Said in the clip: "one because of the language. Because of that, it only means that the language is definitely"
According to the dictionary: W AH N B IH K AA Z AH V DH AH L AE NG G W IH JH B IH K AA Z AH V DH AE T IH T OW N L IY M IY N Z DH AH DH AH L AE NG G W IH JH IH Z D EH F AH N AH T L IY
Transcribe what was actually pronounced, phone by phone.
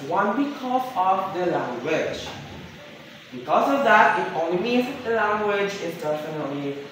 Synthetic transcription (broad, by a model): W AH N B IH K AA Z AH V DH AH L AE NG G W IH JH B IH K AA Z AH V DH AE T IH T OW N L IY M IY Z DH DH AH L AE NG G W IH JH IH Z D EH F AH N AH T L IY